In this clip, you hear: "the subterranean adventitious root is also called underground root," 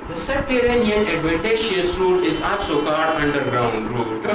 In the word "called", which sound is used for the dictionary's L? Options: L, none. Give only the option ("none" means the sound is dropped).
none